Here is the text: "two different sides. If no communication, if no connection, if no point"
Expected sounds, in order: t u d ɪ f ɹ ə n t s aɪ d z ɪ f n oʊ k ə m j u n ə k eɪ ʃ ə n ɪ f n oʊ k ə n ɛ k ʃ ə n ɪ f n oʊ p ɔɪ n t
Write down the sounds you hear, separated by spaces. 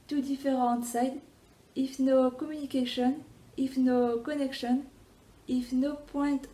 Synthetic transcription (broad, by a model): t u d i f ɹ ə t s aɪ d ɪ f n oʊ k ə m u n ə k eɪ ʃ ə n ɪ f n oʊ k ə n ɛ k ʃ ə n ɪ f n oʊ p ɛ t